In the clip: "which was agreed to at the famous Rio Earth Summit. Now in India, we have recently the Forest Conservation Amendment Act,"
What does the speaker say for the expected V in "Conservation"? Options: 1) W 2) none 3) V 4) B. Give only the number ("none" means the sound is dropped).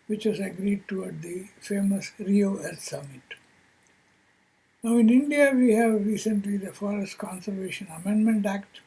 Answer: 3